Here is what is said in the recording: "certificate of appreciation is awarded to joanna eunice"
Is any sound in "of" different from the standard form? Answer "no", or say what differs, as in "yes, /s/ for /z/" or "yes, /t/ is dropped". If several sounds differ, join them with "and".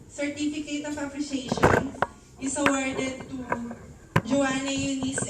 yes, /p/ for /v/